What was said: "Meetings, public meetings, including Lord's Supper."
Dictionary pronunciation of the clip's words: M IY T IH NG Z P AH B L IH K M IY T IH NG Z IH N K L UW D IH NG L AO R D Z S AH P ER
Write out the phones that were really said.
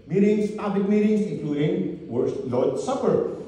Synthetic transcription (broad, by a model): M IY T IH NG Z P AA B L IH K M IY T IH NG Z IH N K L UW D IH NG W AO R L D S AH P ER